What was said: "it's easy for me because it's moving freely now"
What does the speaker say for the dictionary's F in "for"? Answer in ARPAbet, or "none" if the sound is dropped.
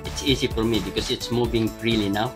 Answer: F